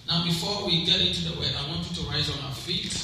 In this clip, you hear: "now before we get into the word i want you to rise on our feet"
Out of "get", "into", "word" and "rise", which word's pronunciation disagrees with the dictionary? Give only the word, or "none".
word